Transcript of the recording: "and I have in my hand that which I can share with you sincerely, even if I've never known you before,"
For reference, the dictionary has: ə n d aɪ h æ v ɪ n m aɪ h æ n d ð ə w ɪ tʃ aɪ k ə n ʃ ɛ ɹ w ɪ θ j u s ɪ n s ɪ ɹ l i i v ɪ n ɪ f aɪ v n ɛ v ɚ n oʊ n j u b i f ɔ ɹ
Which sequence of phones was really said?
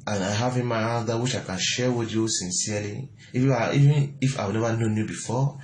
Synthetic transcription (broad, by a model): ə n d aɪ h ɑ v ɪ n m aɪ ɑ d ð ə w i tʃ aɪ k ə n ʃ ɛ w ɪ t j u s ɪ n s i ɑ l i i v ɪ n ɪ f aɪ w n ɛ v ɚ n oʊ n j u b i f ɔ